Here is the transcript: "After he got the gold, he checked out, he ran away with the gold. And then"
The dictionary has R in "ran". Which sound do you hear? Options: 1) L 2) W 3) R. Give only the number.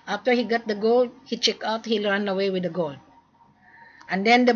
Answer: 1